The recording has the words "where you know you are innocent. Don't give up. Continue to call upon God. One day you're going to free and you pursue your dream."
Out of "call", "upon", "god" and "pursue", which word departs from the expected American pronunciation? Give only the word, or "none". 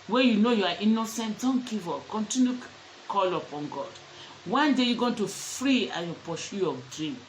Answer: pursue